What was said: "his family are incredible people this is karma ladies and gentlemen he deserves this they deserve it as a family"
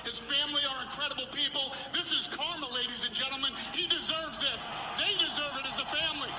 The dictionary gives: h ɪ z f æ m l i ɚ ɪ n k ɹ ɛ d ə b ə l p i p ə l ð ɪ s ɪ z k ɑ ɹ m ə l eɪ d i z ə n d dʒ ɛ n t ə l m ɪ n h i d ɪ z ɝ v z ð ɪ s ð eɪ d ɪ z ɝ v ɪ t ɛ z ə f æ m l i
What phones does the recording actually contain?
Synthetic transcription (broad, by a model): h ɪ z f æ m l i ɚ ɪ n k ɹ ɛ d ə b l p i p l ð ɪ s ɪ z k ɑ ɹ m ə l eɪ d i z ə n dʒ ɛ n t l m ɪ n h i d ɪ z ɝ v z ð ɪ s ð eɪ d ɪ z ɝ v ɪ t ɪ z ə f æ m l i